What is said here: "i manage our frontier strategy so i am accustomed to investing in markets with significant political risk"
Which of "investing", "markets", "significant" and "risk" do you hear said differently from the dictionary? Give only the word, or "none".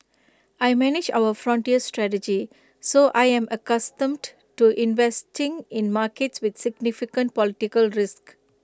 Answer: none